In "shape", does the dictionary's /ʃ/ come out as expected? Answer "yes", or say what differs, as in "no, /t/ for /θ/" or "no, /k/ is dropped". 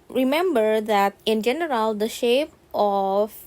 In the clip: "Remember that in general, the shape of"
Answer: yes